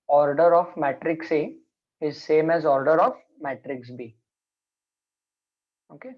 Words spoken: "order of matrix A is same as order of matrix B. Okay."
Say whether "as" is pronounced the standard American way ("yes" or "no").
yes